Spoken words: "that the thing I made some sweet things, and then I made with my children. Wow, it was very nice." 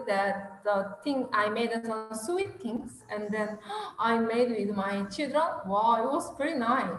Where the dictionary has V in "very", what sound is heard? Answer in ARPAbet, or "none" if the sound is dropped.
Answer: P